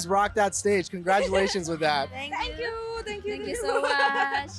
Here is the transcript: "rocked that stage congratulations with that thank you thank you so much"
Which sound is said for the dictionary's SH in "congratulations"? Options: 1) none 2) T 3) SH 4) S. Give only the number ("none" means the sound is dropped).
3